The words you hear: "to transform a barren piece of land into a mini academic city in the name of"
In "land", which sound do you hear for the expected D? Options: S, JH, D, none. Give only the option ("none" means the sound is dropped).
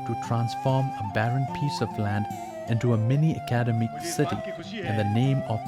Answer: D